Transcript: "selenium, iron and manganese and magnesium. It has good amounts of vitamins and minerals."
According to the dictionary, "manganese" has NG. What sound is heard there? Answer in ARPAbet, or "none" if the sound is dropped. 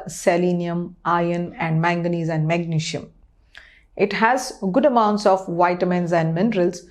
NG